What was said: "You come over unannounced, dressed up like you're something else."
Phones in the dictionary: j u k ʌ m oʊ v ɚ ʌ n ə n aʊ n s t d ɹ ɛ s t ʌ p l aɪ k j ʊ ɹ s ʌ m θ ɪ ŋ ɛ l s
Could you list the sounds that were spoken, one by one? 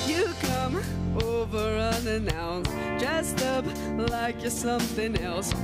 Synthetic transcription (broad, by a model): j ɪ k ʌ m oʊ v ɚ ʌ n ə n aʊ n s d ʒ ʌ s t ʌ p l aɪ k j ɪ s ʌ m θ ɪ ŋ ɛ l s